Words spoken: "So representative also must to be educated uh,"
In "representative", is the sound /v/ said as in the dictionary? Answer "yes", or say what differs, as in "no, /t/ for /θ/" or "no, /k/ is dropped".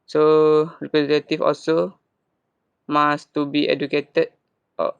no, /f/ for /v/